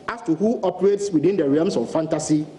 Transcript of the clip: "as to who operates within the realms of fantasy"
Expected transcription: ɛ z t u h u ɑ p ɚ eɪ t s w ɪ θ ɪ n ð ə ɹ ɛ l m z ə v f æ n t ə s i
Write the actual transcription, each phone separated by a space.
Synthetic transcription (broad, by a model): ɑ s t u h u ɑ p ɚ eɪ t s w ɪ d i n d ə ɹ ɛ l m s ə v f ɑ n t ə s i